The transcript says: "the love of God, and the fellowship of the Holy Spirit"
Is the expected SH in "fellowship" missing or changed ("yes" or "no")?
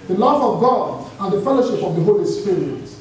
no